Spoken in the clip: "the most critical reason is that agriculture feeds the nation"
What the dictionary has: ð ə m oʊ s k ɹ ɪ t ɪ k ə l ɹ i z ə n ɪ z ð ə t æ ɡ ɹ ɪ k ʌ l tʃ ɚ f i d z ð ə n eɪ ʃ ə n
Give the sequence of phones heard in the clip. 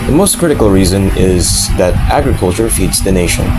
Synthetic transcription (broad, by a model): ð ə m oʊ s k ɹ ɪ t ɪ k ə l ɹ i z ə n ɪ z ð ə t æ ɡ ɹ ɪ k ʌ l tʃ ɚ f i d z ð ə n eɪ ʃ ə n